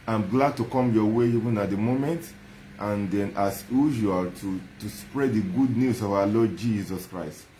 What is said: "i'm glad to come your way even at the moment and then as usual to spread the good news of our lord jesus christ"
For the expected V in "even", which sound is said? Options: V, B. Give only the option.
V